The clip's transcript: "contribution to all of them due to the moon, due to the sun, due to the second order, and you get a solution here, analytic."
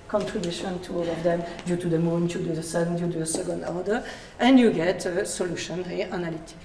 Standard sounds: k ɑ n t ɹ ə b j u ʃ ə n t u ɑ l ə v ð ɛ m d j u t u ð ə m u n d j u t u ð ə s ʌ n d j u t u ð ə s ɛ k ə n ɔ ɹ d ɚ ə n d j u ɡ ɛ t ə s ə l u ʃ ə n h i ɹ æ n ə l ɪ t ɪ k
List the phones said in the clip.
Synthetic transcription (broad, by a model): k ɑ n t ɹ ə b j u ʃ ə n t u ɑ l ə v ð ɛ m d j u t u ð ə m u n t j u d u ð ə s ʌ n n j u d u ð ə s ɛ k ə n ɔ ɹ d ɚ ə n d j u ɡ ɛ t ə s ə l u ʃ ə n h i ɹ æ n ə l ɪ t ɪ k